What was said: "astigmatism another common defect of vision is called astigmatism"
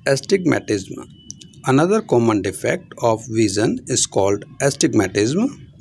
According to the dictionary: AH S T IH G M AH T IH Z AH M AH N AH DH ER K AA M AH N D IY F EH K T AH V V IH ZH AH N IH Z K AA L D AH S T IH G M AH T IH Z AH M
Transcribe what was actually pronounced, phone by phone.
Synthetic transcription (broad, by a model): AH S T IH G M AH T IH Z M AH N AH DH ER K AA M AH N D IY F EH K T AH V V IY Z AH N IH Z K AA L D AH S T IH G M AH T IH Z M